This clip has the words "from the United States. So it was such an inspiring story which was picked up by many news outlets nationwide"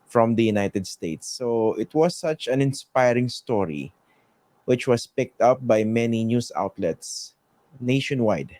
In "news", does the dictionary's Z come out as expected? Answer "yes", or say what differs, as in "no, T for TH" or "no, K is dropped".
no, S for Z